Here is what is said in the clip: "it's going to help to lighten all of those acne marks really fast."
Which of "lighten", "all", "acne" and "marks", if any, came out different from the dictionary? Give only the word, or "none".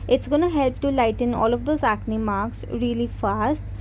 none